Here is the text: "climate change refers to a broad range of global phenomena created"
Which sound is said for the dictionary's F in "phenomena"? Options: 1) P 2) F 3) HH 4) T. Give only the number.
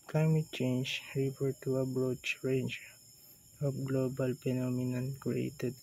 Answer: 1